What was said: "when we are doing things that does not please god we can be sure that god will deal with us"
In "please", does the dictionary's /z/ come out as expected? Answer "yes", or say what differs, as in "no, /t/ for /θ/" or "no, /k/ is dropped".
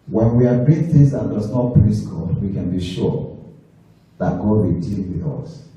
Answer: no, /s/ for /z/